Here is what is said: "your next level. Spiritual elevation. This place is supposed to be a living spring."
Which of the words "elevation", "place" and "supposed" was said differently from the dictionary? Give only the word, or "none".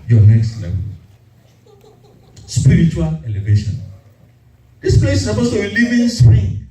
supposed